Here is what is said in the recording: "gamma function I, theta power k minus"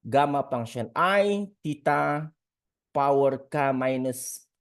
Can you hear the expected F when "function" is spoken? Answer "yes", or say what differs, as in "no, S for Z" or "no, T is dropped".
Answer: no, P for F